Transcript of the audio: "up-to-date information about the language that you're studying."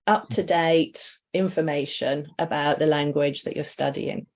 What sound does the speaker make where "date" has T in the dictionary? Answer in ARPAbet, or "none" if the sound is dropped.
T